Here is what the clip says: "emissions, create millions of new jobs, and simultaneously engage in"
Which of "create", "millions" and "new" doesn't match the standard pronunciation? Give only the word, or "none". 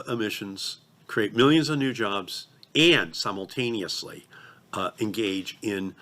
none